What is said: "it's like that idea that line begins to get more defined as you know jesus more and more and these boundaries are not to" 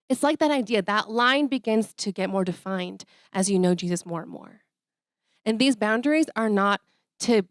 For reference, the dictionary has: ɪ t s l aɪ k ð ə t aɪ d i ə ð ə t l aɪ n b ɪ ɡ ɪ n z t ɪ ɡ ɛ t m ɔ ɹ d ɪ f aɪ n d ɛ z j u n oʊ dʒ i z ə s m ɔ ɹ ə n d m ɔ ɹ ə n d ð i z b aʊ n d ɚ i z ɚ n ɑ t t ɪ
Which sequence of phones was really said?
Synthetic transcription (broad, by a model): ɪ t s l aɪ k ð ə t aɪ d i ə ð ə t l aɪ n b ɪ ɡ ɪ n z t ɪ ɡ ɛ t m ɔ ɹ d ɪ f aɪ n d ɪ z j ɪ n oʊ dʒ i z ə s m ɔ ɹ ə n m ɔ ɹ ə n ð i z b aʊ n d ɚ i z ɚ n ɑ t t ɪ